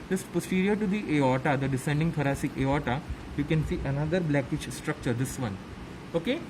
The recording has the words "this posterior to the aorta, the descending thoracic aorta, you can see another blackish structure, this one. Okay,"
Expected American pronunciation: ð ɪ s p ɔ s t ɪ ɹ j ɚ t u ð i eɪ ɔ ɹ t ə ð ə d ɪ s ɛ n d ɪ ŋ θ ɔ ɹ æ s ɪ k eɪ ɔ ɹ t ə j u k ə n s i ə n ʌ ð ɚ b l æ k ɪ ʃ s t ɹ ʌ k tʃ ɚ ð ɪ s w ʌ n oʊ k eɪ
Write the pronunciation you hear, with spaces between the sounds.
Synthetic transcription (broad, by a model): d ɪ s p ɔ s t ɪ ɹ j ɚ t u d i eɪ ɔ t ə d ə d ɪ s ɛ n d ɪ ŋ t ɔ ɹ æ s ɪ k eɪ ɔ t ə j u k ə n s i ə n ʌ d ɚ b l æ k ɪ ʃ s t ɹ ʌ k tʃ ɚ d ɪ s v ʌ n oʊ k eɪ